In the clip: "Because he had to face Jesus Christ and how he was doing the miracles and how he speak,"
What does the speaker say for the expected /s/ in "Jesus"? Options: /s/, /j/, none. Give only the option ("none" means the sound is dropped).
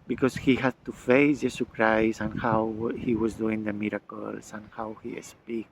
none